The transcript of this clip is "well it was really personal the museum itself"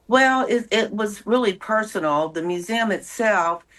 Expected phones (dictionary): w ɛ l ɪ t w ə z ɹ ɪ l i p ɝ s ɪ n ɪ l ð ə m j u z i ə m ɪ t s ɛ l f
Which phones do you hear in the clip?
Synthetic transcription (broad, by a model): w ɛ l ɪ t w ə z ɹ ɪ l i p ɝ s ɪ n l ð ə m j u z i ə m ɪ t s ɛ l f